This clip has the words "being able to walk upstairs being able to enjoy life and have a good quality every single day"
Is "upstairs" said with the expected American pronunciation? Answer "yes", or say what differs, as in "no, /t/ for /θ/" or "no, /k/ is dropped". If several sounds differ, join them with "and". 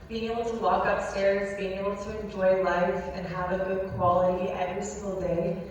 yes